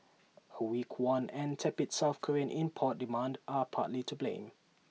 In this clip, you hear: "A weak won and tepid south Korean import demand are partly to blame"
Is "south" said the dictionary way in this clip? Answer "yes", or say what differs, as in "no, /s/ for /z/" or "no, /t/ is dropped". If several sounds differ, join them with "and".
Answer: no, /f/ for /θ/